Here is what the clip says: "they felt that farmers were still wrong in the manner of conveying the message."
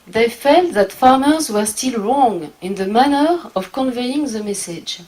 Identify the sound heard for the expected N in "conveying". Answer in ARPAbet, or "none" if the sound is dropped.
N